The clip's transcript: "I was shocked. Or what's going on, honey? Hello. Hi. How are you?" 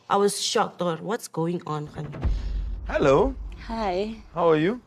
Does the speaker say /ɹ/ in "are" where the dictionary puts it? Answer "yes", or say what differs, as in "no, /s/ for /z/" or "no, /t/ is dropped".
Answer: yes